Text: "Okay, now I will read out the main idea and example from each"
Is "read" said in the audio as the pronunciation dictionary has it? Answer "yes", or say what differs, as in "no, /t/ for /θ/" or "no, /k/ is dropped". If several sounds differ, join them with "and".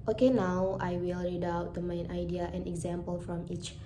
yes